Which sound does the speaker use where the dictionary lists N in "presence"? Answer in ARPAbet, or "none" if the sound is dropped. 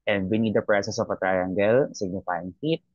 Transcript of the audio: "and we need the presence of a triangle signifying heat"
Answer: none